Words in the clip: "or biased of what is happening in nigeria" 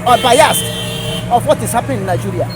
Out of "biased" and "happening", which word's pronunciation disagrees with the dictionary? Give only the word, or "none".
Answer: happening